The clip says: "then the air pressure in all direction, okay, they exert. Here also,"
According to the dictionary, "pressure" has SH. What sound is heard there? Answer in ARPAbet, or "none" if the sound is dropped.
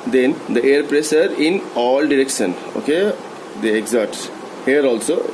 S